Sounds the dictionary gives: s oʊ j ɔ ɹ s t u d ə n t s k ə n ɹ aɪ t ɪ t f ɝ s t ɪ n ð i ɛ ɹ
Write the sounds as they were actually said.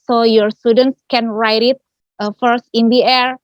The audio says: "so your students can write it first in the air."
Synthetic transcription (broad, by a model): s oʊ j ɔ ɹ s t u d ə n t s k ə n ɹ aɪ t ɪ t f ɝ s t ɪ n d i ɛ ɹ